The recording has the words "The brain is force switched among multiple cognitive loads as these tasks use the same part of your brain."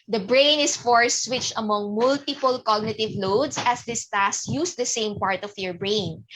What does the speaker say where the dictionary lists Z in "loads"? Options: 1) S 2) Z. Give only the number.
1